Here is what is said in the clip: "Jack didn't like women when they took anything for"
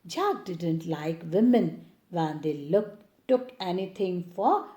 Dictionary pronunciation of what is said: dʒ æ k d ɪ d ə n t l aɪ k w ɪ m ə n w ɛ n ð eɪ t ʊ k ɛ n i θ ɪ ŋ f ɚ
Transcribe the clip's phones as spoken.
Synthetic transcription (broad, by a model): dʒ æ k d ɪ d ə n t l aɪ k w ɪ m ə n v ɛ n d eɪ t ʊ k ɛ n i t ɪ ŋ f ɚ